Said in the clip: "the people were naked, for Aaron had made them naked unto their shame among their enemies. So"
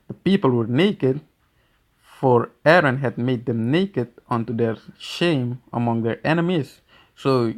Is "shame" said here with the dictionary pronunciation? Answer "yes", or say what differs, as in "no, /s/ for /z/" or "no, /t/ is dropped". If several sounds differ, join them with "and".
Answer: yes